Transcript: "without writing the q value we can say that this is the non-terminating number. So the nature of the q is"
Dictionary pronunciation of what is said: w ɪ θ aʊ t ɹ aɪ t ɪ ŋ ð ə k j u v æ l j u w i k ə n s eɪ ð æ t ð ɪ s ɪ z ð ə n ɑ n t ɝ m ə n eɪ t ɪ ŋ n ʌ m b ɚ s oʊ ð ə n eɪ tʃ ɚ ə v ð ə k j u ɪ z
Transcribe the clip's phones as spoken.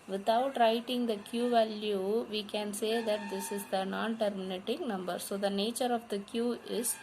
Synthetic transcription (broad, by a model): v ɪ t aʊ t ɹ aɪ t ɪ ŋ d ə k j u v æ l j u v i k ə n s eɪ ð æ t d ɪ s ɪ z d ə n ɑ n t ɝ m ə n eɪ t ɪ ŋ n ʌ m b ɚ s oʊ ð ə n eɪ tʃ ɚ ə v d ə k j u ɪ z